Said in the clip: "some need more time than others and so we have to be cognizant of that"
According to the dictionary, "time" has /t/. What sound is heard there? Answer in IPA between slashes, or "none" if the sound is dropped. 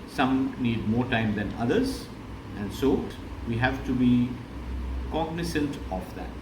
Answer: /t/